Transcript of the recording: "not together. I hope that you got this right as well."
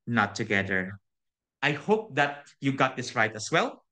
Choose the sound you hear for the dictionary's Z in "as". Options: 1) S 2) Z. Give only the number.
1